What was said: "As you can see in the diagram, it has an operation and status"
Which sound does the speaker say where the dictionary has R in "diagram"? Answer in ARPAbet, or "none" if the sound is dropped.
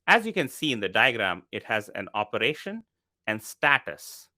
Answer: R